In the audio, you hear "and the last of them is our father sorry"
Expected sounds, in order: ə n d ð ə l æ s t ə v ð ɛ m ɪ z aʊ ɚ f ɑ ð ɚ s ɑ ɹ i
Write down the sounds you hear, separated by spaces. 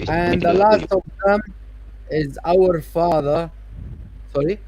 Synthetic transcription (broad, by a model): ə n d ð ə l æ s t ə v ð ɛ m ɪ z aʊ ɚ f ɑ ð ɚ s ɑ ɹ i